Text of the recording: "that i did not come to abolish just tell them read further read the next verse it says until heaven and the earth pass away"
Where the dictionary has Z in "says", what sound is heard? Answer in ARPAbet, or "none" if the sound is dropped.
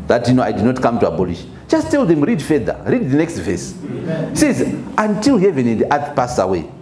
Z